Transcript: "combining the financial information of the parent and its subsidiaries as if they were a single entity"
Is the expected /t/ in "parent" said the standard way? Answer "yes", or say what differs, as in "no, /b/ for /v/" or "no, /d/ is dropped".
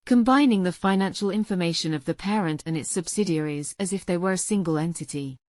yes